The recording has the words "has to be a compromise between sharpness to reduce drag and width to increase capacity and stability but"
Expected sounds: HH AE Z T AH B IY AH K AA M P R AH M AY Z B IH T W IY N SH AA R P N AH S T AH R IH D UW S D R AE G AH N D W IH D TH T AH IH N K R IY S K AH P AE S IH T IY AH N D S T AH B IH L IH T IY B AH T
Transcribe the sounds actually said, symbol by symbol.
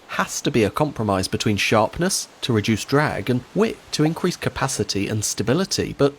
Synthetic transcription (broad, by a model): HH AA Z T AH B IY AH K AA M P R AH M AY Z B IH T W IY N SH AA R P N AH S T AH R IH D UW S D R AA G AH N W IH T T AH IH N K R IY S K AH P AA S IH T IY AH N S T AH B IH L IH T IY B AH T